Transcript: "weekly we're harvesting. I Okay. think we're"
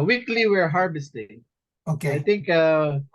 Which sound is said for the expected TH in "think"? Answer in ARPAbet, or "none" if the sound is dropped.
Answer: T